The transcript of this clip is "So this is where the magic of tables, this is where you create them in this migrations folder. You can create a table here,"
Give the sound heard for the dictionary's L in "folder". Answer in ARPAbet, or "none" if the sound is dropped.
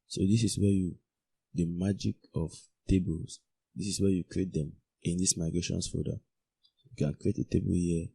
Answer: none